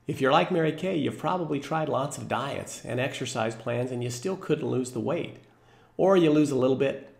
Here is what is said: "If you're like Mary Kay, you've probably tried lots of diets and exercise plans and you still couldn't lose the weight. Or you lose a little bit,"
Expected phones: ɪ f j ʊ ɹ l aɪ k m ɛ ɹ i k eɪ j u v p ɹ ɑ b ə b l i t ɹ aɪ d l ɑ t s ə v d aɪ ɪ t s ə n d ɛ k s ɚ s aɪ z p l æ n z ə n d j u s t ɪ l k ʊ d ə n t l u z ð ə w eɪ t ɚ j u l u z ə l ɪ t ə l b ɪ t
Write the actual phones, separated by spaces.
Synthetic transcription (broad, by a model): ɪ f j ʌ ɹ l aɪ k m ɛ ɹ i k eɪ j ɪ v p ɹ ɑ b ə b l i t ɹ aɪ d l ɑ t s ə v d aɪ ɪ t s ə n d ɛ k s ɚ s aɪ z p l æ n z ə n j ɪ s t ɪ l k ʊ d n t l u z ð ə w eɪ t ɚ j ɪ l u z ə l ɪ t l b ɪ t